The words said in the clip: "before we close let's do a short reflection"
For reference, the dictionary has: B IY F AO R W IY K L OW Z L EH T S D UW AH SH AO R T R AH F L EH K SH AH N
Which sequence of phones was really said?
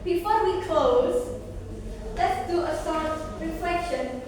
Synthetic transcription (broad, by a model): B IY F AO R W IY K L OW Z L EH T S D UW AH S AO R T R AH F L EH K SH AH N